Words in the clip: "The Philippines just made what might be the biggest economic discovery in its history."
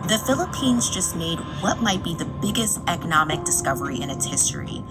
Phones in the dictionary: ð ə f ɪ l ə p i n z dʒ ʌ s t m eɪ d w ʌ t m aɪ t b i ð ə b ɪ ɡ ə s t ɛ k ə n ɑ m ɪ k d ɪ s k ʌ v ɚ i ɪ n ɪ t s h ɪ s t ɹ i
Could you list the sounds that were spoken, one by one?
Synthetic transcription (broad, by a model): ð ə f ɪ l ə p i n z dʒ ʌ s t m eɪ d w ʌ t m aɪ t b i ð ə b ɪ ɡ ə s t ɛ k ə n ɑ m ɪ k d ɪ s k ʌ v ɚ i ɪ n ɪ t s h ɪ s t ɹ i